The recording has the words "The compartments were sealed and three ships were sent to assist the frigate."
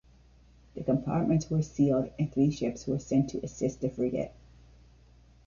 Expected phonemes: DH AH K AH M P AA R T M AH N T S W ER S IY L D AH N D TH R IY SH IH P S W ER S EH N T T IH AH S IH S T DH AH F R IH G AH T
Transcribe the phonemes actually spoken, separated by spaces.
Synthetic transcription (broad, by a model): DH AH K AH M P AA R T M AH N T S W ER S IY L D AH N TH R IY SH IH P S W ER S EH N T T IH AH S IH S T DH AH F R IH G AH T